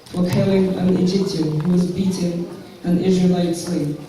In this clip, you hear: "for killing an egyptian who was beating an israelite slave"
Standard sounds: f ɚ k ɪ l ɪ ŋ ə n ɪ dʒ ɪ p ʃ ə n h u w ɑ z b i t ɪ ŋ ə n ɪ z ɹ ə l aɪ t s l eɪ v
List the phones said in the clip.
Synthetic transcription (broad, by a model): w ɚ k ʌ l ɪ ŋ ə n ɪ dʒ ɪ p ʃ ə n h u w ɑ z b i t ɪ ŋ ə n ɪ z ɹ ə l aɪ t s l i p